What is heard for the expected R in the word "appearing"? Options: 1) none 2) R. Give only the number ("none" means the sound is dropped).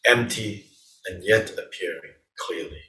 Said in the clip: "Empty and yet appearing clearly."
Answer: 2